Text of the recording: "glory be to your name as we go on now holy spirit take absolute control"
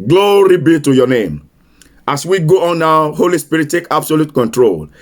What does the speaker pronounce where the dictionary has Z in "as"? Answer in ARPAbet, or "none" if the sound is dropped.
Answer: S